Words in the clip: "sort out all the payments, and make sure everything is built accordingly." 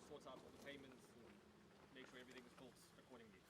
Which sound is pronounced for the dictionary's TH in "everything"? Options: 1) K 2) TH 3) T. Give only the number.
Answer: 2